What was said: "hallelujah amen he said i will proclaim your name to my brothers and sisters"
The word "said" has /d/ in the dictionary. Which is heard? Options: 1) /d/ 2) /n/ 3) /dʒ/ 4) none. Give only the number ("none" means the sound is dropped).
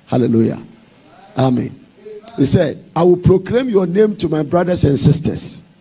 1